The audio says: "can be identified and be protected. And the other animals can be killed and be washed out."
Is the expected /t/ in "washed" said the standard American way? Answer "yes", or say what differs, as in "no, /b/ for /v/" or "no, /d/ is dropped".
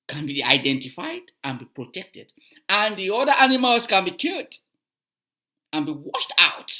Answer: yes